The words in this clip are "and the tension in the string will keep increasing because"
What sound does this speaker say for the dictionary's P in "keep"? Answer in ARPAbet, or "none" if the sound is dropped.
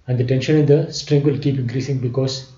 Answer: P